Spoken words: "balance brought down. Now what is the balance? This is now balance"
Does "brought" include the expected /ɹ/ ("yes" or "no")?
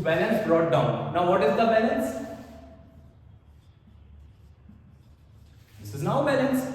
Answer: yes